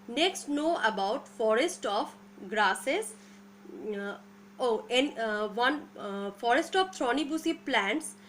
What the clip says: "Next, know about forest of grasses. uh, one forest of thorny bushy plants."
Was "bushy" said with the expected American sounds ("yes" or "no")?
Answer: no